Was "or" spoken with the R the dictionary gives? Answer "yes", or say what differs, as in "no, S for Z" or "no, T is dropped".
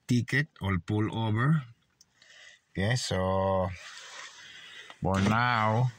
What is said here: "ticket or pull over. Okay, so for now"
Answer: no, L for R